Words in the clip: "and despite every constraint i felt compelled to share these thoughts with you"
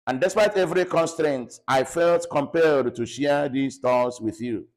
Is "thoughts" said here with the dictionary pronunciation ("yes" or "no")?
no